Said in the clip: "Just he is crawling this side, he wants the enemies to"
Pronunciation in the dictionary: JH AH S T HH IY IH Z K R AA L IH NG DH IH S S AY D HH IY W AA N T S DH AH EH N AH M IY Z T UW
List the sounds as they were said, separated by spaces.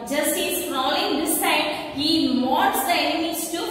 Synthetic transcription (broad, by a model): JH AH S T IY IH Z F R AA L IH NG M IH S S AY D HH IY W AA T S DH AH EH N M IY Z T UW